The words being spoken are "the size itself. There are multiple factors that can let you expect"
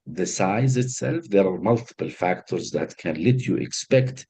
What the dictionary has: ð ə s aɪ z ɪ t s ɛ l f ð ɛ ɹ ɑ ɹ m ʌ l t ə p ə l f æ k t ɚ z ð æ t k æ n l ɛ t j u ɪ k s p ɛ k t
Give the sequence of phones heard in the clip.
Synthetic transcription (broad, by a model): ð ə s aɪ z ɪ t s ɛ l f ð ɛ ɹ ɑ ɹ m ʌ l t ə p ə l f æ k t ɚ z ð æ t k æ n l ɛ t j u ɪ k s p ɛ k t